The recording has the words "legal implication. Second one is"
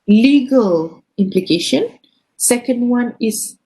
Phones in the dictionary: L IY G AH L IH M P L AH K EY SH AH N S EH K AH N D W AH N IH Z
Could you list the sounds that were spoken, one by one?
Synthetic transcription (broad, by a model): L IY G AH L IH M P L AH K EY SH AH N S EH K AH N D W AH N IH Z